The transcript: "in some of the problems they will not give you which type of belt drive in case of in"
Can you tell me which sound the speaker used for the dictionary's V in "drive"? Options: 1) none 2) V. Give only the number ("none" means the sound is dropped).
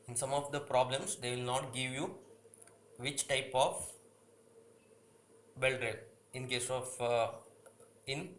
1